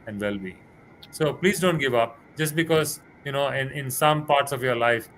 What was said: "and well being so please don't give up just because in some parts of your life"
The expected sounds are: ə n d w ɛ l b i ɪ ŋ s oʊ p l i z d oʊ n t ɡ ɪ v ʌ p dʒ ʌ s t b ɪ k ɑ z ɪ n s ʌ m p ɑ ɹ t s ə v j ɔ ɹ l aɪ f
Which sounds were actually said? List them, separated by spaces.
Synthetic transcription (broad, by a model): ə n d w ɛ l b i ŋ s oʊ p l i z d oʊ n t ɡ ɪ v ʌ p dʒ ʌ s t b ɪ k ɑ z ɪ n s ʌ m p ɑ ɹ t s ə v j ɔ ɹ l aɪ f